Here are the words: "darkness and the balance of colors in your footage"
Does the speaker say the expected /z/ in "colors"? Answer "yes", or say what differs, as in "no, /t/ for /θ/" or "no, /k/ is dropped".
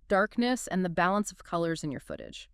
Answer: yes